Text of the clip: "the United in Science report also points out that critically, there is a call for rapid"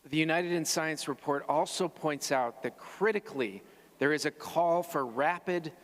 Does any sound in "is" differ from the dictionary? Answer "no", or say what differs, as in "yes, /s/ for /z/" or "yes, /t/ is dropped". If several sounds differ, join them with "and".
no